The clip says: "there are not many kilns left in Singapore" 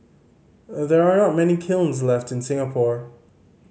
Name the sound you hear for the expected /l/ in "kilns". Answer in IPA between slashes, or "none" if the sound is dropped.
/l/